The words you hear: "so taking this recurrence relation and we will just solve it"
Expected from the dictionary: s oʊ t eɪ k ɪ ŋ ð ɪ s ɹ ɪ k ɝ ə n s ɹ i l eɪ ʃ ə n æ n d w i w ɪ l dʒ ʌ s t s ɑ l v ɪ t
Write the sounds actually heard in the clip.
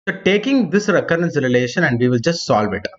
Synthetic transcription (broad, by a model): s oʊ t eɪ k ɪ ŋ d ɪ s ɹ ɪ k ɝ ə n s ɹ i l eɪ ʃ ə n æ n d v i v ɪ l dʒ ʌ s t s ɑ l v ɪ t